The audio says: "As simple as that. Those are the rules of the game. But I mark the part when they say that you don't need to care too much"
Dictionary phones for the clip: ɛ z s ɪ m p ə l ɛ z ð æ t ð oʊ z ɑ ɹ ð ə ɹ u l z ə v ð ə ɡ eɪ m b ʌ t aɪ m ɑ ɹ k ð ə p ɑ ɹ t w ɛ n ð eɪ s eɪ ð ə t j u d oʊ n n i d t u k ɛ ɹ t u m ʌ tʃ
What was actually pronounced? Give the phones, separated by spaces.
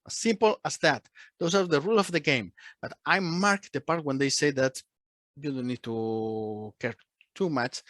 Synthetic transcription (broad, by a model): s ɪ m p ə l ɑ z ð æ t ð oʊ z ɑ ɹ ð ə ɹ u l ə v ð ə ɡ eɪ m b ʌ t aɪ m ɑ ɹ k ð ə p ɑ ɹ t w ɛ n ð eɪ s eɪ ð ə t j u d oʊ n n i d t u k ɛ ɹ t u m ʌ tʃ